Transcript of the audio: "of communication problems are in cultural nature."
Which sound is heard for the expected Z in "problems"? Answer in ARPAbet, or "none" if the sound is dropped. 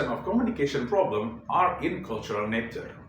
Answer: none